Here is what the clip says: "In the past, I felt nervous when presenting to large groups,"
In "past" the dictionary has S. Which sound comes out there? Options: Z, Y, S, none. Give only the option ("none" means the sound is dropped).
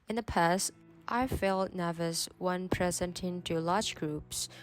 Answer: S